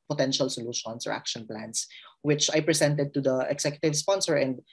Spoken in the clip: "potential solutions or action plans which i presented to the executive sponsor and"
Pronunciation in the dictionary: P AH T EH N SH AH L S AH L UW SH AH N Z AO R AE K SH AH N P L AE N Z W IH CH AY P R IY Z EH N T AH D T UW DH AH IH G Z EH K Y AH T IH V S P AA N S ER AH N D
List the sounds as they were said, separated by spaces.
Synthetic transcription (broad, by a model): P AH T EH N SH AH L S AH L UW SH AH N S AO R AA K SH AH N P L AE N S W IH CH AY P R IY S EH N T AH D T UW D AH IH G S EH K Y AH T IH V S P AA N S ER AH N D